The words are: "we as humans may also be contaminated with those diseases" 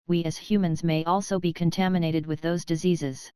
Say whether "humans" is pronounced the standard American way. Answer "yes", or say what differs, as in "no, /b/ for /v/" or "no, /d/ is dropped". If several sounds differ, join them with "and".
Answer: yes